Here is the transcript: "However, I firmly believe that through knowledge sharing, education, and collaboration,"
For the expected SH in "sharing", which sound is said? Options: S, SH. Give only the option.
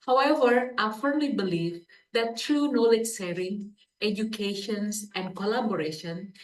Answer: S